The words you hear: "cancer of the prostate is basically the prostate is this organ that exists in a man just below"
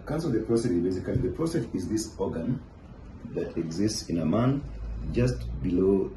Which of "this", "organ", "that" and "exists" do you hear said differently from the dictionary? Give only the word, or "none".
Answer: none